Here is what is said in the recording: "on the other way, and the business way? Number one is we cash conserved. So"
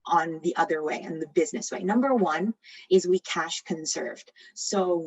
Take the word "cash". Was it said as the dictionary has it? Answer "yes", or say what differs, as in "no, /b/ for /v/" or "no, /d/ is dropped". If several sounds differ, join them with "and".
yes